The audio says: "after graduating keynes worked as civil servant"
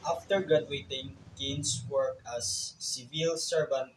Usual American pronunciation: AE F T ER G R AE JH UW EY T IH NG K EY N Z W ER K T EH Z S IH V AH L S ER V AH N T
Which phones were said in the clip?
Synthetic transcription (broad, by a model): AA F T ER G R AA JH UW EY T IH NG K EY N S W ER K AA S IH V AH L S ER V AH N T